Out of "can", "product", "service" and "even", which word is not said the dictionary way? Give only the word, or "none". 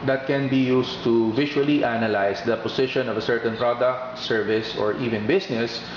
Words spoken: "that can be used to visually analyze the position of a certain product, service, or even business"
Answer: none